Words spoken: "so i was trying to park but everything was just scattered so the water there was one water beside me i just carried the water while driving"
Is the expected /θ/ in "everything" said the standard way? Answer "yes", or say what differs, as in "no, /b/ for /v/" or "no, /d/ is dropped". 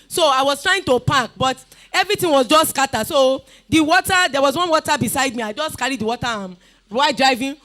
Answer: no, /t/ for /θ/